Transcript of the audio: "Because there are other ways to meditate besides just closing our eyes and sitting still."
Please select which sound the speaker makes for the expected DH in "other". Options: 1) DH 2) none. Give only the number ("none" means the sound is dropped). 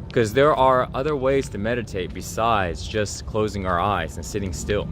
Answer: 1